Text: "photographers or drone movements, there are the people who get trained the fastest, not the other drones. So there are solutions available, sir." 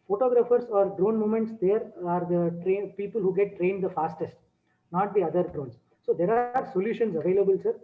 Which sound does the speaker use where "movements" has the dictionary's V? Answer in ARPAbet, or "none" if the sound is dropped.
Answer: none